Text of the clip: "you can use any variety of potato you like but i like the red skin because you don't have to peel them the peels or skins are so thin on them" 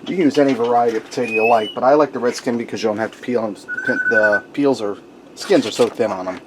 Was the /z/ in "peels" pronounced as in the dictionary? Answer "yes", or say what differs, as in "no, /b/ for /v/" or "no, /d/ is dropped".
yes